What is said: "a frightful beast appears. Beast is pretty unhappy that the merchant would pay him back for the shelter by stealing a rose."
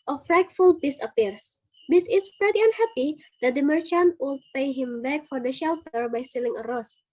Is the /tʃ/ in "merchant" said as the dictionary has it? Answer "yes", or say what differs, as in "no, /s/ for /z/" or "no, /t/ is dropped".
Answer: yes